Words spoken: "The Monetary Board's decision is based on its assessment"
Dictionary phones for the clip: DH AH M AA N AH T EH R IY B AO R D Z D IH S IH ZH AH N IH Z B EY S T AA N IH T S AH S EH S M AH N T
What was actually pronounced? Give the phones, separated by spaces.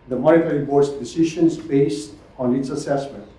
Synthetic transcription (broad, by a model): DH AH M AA AH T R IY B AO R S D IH S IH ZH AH N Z B EY S T AA N IH T S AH S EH S M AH N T